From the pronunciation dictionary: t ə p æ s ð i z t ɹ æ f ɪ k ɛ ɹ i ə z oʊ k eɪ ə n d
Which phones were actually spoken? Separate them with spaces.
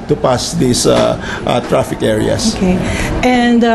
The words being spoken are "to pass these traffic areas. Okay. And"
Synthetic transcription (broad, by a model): t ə p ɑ s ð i s t ɹ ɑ f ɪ k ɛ ɹ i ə s oʊ k eɪ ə n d